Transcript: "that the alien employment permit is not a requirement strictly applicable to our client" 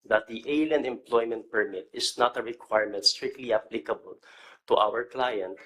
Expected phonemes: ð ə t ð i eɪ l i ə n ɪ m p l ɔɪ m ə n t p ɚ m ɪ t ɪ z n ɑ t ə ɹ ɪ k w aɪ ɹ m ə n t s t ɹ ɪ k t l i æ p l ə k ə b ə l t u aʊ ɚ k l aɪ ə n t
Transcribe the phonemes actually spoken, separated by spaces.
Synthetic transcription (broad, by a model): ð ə t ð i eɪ l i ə n ɪ m p l ɔɪ m ə n t p ɚ m ɪ t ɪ s n ɑ t ə ɹ ɪ k w aɪ ɹ m ə n t s t ɹ ɪ k t l i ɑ p l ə k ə b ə l t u aʊ ɚ k l aɪ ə n t